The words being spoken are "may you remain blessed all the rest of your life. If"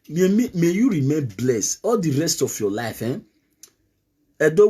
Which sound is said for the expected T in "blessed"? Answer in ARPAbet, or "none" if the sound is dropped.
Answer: none